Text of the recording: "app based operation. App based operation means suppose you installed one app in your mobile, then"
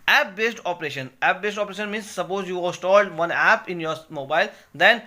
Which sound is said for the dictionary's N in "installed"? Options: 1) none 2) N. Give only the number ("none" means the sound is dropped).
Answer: 1